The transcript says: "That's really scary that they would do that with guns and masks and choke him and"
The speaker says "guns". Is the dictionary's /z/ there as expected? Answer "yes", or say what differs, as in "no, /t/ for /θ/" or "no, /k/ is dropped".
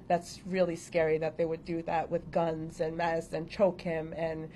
yes